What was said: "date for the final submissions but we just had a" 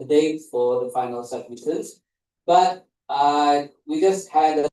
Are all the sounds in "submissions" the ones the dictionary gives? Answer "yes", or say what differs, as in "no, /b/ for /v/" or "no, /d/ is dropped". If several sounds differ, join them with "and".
no, /n/ is dropped